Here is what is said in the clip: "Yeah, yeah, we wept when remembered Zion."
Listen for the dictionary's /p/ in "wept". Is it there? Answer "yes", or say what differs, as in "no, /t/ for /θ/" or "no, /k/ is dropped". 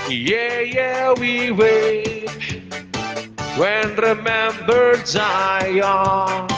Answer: no, /p/ is dropped